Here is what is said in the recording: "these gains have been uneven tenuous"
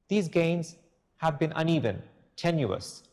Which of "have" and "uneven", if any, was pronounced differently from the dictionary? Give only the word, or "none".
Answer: none